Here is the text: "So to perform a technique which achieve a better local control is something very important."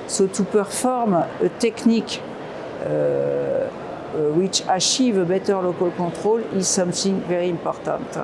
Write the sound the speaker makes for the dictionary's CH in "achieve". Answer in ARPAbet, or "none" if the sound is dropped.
SH